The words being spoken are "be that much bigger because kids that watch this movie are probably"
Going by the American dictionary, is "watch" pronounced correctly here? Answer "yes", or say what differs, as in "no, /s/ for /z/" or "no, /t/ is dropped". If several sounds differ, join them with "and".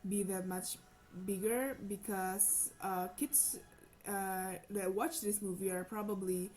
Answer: yes